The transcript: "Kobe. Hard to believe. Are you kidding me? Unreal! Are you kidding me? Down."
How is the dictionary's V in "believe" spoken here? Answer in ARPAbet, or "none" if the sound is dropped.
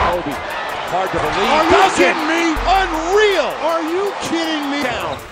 none